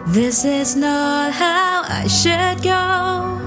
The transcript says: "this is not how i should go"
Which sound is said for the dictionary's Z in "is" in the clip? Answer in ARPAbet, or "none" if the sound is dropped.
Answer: Z